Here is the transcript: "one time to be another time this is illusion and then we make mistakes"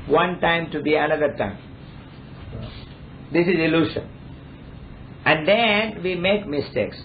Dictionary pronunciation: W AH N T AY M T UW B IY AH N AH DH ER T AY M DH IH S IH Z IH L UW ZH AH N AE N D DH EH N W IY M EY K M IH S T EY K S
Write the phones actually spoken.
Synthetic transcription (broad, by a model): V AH N T AY M T UW B IY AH N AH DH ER T AY M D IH S IH Z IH L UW SH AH N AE N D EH N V IY M EY K M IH S T EY K S